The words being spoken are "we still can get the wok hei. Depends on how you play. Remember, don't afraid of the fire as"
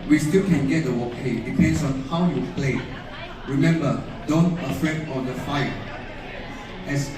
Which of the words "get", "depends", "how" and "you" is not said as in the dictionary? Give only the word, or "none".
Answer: depends